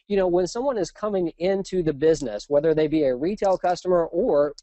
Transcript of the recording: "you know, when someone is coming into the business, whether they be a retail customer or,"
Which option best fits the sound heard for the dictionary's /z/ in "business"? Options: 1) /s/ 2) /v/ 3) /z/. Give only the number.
3